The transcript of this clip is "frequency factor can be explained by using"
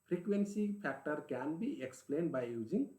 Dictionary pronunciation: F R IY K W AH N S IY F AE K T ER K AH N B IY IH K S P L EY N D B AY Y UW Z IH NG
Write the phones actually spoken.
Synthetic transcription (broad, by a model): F R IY K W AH N S IY P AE K T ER K AH N B IY IH K S P L EY N D B AY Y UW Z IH NG